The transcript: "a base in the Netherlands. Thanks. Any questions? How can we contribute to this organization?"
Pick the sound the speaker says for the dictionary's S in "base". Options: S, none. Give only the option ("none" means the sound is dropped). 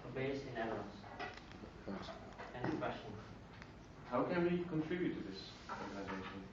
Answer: none